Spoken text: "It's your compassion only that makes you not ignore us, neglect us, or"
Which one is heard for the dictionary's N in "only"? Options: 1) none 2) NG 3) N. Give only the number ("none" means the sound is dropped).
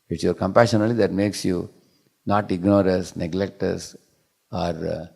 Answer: 1